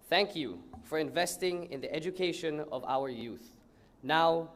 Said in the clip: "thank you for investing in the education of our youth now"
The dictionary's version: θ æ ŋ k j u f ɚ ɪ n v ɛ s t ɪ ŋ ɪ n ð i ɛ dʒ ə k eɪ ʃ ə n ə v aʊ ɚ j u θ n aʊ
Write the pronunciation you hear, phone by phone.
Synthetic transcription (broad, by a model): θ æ ŋ k j u f ɚ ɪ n v ɛ s t ɪ ŋ ɪ n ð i ɛ dʒ ə k eɪ ʃ ə n ə v aʊ ɚ j u θ n aʊ